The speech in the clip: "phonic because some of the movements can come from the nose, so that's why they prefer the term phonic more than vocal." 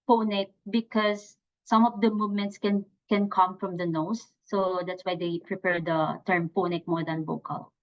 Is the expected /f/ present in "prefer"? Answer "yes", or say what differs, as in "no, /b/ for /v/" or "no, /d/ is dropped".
no, /p/ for /f/